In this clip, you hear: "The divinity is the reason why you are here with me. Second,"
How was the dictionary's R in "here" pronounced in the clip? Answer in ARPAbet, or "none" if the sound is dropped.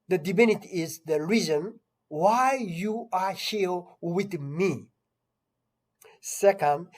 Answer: L